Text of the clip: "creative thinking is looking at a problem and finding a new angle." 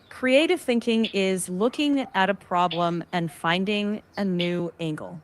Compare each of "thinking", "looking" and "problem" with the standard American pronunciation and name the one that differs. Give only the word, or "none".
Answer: none